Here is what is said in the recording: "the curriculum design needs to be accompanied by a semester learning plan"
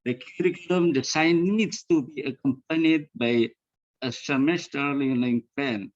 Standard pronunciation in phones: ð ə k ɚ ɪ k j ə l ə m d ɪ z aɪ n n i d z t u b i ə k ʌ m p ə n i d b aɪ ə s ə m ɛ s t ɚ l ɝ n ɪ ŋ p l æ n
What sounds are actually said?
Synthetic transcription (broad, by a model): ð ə k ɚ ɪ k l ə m d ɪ s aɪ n n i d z t u b i ə k ʌ m p ə n i d b aɪ ə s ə m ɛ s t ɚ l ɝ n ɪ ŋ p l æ n